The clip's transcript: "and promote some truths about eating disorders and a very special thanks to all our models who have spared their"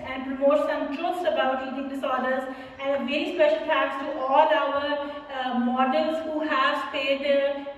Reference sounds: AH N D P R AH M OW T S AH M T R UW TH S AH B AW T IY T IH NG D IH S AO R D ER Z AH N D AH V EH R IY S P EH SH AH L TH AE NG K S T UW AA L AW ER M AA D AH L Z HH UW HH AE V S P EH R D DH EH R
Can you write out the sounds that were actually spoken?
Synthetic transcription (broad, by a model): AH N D P R AH M OW T S AH M T R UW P S AH B AW T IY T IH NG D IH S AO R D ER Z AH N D AH V EH R IY S P EH SH AH L T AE K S T UW AA L AW ER M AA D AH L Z HH UW HH AE V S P EH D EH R